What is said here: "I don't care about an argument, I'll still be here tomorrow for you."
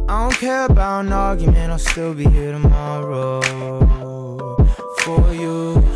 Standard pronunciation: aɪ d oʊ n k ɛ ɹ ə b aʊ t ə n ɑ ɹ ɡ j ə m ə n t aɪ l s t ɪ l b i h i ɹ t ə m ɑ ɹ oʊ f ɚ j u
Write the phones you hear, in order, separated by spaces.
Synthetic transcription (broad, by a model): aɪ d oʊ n k ɛ ɹ ə b aʊ t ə n ɑ ɹ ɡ j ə m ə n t aɪ l s t ɪ l b i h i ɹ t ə m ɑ ɹ oʊ f ɚ j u